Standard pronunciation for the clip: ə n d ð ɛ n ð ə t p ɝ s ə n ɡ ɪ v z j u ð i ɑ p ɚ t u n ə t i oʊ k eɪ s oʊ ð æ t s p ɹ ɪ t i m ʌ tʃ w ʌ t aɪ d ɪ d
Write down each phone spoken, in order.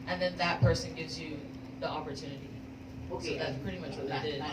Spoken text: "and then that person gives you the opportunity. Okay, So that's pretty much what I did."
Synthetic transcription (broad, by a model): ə n ð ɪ n ð ə t p ɝ s ə n ɡ ɪ v z j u ð i ɑ p ɚ t u n ə t i oʊ k eɪ ð æ t s p ɹ ɪ t i m ʌ tʃ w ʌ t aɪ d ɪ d